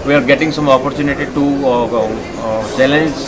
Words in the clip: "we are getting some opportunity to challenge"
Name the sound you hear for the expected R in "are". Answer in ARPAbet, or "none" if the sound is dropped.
R